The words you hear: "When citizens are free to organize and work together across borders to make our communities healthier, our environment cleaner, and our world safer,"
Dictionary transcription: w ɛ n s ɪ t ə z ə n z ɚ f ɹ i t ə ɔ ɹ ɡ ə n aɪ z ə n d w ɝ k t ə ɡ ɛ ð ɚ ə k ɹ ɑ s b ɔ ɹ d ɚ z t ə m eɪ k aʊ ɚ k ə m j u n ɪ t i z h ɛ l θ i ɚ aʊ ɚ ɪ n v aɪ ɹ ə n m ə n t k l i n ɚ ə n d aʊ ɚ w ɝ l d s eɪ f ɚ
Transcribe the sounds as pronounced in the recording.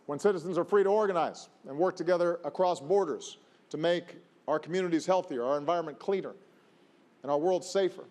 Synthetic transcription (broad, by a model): w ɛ n s ɪ t ə z ə n z ɚ f ɹ i t ə ɔ ɹ ɡ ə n aɪ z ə n w ɝ k t ə ɡ ɛ ð ɚ ə k ɹ ɑ s b ɔ ɹ d ɚ z t ə m eɪ k aʊ ɚ k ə m j u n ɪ t i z h ɛ l θ i ɚ aʊ ɚ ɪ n v aɪ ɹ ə n m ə n k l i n ɚ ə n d aʊ ɚ w ɝ l d s eɪ f ɚ